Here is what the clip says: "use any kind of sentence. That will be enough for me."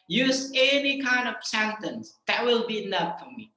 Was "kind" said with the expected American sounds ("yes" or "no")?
yes